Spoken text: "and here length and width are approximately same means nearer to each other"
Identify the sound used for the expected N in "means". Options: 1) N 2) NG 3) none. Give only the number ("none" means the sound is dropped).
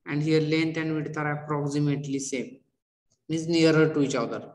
3